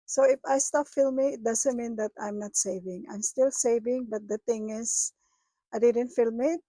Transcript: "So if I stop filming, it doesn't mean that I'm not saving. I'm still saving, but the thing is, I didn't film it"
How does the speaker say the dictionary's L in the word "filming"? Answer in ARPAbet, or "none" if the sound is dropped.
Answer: L